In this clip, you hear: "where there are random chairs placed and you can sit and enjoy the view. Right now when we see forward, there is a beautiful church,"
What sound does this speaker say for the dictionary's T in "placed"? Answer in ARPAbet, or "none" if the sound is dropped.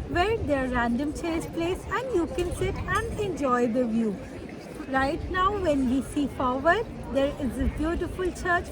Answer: none